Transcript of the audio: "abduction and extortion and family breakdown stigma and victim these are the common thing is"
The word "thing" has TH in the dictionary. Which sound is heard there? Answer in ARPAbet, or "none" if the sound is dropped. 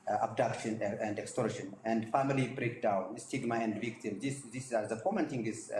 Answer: T